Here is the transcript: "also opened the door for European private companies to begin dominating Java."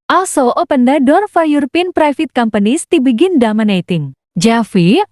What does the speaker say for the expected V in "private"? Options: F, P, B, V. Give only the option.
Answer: F